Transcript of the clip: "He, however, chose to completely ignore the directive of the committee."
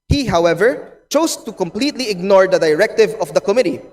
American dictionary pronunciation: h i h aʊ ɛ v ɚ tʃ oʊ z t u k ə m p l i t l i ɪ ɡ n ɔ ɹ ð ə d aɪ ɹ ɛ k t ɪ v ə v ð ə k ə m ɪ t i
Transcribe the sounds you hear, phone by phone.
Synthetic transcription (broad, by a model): h i h aʊ ɛ v ɚ tʃ oʊ s t u k ə m p l i t l i ɪ ɡ n ɔ ɹ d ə d aɪ ɹ ɛ k t ɪ v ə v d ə k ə m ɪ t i